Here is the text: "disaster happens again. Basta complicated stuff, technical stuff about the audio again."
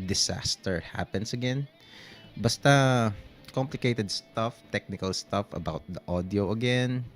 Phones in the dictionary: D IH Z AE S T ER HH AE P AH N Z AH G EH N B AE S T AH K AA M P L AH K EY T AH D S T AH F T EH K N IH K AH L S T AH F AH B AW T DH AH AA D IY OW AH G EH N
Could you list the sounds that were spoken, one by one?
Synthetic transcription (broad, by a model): D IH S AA S T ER HH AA P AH N S AH G EH N B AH S T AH K AA M P L AH K EY T AH D S T AH F T EH K N IH K AH L S T AH F AH B AW T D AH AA D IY OW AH G EH N